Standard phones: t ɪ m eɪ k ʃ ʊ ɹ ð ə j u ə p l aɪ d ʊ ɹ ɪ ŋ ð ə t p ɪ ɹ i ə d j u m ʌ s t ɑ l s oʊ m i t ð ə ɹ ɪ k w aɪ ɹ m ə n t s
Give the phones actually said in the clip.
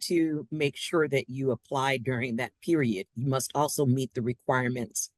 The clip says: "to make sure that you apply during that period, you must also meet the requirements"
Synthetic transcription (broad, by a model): t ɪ m eɪ k ʃ ʊ ɹ ð ə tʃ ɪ ə p l aɪ d ʊ ɹ ɪ ŋ ð ə t p ɪ ɹ i ə d j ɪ m ʌ s t ɑ l s oʊ m i t ð ə ɹ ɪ k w aɪ ɹ m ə n t s